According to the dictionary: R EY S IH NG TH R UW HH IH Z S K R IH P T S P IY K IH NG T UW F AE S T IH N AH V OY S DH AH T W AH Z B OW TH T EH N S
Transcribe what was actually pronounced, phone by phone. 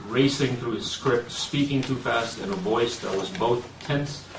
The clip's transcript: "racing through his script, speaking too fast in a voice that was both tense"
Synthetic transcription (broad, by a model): R EY S IH NG TH R UW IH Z S K R IH P T S P IY K IH NG T UW F AE S T IH N AH V OY S DH AH T W AH Z B OW TH T EH N S